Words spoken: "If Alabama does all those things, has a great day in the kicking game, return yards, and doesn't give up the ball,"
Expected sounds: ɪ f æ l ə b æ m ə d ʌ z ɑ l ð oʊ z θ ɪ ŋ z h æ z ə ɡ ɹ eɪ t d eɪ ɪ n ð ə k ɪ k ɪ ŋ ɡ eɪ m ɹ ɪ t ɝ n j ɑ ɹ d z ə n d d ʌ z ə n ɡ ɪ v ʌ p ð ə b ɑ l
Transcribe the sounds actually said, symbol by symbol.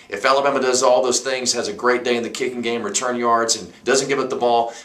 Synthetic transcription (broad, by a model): ɪ f æ l ə b æ m ə d ʌ z ɑ l ð oʊ z θ ɪ ŋ z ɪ z ə ɡ ɹ eɪ t d eɪ ɪ n ð ə k ɪ k ɪ ŋ ɡ eɪ m ɹ ɪ t ɝ n j ɑ ɹ d z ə n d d ʌ z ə n ɡ ɪ v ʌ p ð ə b ɑ l